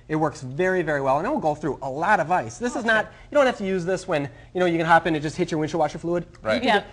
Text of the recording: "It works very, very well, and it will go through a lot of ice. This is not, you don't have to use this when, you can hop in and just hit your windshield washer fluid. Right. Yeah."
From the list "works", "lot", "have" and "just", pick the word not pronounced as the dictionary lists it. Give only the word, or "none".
have